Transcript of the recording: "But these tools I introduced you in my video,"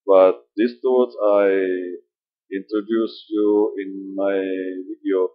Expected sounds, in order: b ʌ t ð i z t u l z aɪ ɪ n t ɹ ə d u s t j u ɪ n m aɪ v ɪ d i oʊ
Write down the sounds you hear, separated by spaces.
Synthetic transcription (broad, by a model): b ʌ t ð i s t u z aɪ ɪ n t ɹ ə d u s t j u ɪ n m aɪ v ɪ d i oʊ